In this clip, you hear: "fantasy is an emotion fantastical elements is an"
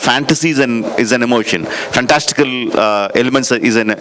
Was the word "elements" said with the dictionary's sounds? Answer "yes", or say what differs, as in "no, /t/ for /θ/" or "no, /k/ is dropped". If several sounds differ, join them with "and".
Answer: yes